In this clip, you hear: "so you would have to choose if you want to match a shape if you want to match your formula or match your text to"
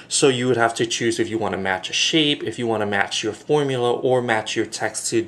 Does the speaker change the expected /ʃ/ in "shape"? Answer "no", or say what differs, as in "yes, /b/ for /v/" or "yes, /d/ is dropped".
no